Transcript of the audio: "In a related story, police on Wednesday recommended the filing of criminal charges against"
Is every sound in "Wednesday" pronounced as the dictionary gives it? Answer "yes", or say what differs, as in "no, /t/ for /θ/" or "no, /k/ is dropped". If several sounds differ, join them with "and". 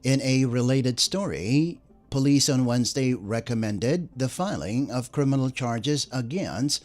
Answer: yes